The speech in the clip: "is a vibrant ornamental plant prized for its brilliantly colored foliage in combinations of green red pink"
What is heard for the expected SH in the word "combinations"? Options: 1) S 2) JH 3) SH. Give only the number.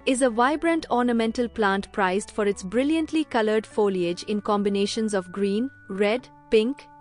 3